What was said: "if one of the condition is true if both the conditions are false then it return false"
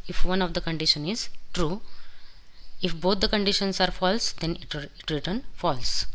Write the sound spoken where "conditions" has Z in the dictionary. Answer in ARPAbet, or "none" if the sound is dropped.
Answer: S